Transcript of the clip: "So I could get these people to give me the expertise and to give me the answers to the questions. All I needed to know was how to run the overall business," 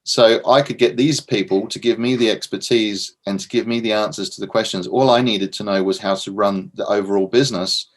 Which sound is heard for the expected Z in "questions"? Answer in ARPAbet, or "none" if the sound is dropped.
Z